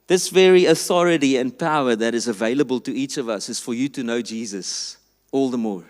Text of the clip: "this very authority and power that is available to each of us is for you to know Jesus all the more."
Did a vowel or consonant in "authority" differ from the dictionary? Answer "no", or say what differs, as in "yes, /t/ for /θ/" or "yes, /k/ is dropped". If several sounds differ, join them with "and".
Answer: no